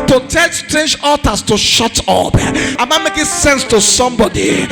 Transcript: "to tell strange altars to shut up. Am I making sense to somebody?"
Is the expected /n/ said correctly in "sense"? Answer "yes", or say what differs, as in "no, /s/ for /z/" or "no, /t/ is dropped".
yes